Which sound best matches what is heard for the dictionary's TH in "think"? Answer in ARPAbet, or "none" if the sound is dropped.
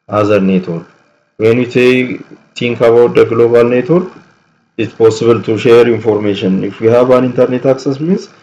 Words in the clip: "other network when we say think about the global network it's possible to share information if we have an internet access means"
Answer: T